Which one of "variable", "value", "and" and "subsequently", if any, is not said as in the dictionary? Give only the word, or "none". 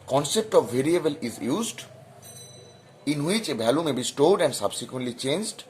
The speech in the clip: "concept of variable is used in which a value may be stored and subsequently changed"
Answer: value